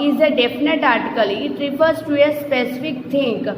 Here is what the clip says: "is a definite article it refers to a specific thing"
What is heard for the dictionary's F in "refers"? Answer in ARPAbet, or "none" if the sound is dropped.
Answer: P